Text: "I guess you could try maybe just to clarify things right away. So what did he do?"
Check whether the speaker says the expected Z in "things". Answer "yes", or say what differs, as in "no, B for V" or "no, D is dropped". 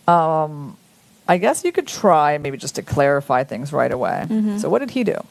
yes